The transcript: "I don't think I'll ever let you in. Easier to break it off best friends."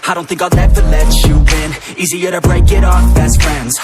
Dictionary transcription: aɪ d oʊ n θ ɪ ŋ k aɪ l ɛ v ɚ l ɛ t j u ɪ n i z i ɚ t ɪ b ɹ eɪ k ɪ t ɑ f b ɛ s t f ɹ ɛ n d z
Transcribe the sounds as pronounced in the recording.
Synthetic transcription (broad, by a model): aɪ d oʊ n θ ɪ ŋ k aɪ n ɛ v ɚ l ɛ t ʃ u ɪ n i z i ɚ t ɪ b ɹ eɪ k ɪ t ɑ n b ɛ s t f ɹ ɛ n d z